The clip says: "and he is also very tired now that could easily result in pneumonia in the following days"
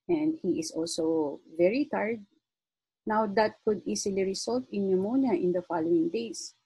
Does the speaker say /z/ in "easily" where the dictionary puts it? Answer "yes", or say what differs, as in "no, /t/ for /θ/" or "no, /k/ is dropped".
no, /s/ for /z/